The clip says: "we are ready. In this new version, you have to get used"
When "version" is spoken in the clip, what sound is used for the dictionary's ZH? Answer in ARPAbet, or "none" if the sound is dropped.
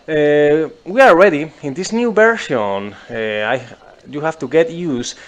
SH